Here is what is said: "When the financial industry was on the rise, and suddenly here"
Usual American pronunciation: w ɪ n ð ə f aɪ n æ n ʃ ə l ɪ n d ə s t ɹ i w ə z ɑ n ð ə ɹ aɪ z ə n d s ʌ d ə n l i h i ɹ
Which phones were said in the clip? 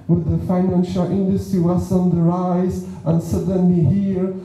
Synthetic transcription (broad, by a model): w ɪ ð ə f aɪ n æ n ʃ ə l ɪ n d ə s t ɹ i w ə s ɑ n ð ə ɹ aɪ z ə n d s ʌ d ə n l i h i ɹ